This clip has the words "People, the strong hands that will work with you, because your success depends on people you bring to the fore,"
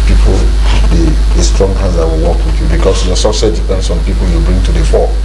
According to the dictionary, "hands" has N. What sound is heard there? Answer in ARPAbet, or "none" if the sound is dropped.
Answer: none